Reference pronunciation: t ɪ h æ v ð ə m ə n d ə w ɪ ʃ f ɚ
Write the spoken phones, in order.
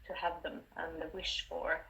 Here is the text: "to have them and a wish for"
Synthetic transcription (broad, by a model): t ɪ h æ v ð ə m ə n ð ə w ɪ ʃ f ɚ